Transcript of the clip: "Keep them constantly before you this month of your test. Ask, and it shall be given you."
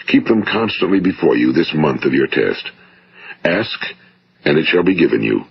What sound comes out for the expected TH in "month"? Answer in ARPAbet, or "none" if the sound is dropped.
TH